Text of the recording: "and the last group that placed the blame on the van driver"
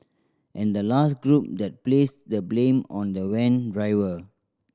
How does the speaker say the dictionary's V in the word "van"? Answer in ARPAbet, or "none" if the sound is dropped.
W